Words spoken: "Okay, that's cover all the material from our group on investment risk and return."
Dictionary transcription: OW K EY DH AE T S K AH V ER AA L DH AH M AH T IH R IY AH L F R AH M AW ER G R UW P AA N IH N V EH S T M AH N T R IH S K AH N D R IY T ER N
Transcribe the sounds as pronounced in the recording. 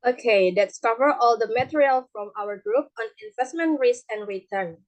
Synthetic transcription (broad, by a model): OW K EY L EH T S K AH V ER AA L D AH M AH T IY R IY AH L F R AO M AW ER G R UW P AA N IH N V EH S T M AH N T R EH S AH N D R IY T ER N